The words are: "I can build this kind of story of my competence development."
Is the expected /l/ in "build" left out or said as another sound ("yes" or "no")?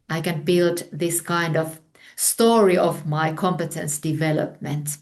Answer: no